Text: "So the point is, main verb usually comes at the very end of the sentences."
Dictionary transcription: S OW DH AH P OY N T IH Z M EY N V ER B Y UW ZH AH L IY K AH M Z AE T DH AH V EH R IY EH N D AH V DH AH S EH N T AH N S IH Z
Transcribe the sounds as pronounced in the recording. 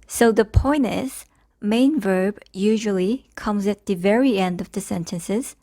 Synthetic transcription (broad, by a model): S OW DH AH P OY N IH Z M EY N V ER B Y UW ZH AH L IY K AH M Z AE T DH AH V EH R IY EH N D AH V DH AH S EH N T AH N S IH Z